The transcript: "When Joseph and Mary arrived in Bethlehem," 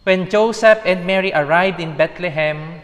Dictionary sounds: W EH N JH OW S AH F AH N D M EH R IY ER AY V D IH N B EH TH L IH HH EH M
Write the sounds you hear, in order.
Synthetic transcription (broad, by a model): W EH N JH OW S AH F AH N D M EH R IY ER AY V D IH N B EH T L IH HH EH M